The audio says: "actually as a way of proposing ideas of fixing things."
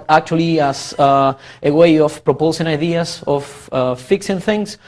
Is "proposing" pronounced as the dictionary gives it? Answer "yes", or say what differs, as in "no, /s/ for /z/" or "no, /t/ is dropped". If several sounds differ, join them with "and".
no, /s/ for /z/